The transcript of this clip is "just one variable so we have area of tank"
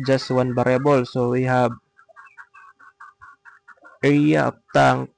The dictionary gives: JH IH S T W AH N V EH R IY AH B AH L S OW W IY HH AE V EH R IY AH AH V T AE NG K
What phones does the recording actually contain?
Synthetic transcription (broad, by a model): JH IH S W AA N B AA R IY B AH L S OW W IY HH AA B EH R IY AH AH P T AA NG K